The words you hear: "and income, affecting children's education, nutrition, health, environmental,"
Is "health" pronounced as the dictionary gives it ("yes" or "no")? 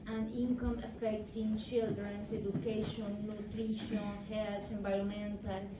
no